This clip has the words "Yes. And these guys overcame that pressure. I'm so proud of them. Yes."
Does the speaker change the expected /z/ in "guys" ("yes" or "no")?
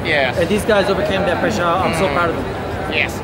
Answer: no